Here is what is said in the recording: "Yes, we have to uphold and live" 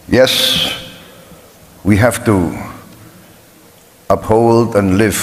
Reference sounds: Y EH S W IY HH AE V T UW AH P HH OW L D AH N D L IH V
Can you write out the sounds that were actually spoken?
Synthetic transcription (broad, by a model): Y EH S W IY HH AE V T UW AH P HH OW L D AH N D L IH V